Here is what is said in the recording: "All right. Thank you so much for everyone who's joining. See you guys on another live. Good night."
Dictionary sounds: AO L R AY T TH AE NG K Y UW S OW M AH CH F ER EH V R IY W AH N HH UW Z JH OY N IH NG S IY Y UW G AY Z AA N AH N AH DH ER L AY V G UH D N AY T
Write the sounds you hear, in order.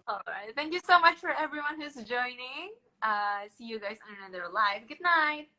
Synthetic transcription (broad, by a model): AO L R AY T TH AE NG K Y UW S OW M AH CH F ER EH V R IY W AH N HH UW Z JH OY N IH NG S IY Y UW G AY Z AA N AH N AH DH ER L AY V G UH D N AY T